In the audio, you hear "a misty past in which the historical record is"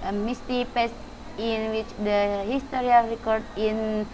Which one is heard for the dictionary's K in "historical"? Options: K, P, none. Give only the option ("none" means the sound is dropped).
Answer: none